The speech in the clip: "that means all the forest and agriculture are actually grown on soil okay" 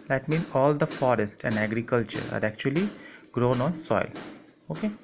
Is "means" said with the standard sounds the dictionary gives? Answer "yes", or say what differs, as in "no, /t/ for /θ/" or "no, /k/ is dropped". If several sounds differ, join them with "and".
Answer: no, /z/ is dropped